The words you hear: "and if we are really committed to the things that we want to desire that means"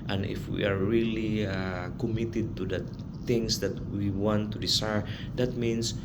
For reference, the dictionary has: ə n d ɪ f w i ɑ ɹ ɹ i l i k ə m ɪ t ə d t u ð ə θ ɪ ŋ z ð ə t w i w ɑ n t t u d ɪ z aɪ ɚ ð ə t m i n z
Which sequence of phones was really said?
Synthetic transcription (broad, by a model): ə n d ɪ f w i ɑ ɹ ɹ i l i k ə m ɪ t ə d t u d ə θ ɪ ŋ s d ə t w i w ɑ n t t u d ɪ s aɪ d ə t m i n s